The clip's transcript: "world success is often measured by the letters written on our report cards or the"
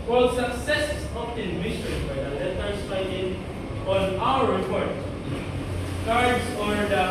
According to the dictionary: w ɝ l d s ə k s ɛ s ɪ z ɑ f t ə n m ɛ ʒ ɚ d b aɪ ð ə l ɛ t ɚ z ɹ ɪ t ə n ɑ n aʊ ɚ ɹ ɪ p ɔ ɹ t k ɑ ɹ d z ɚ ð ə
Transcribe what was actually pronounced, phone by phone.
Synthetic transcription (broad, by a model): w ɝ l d s ə k s ɛ s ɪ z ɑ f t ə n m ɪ s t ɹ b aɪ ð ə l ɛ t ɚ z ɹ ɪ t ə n ɑ n aʊ ɚ ɹ ɪ p ɔ ɹ t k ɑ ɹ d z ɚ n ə